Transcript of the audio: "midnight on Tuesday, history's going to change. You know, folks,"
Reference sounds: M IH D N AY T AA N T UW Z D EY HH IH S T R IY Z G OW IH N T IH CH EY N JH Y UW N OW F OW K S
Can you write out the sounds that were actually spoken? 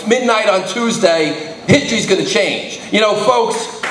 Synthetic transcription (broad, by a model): M IH D N AY T N T UW Z D EY HH IH S T R IY Z G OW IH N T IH CH EY N JH Y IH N OW F OW K S